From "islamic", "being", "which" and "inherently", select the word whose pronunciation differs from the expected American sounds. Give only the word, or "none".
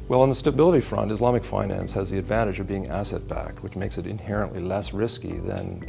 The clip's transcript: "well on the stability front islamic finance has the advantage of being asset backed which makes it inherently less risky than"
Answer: none